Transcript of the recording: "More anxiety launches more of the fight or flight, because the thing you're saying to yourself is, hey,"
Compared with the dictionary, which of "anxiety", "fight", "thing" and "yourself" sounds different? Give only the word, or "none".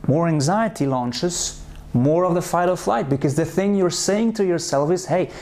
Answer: none